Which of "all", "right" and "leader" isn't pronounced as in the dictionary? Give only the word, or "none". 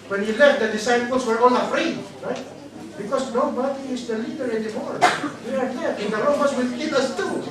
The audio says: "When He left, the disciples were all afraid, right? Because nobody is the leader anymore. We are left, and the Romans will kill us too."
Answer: all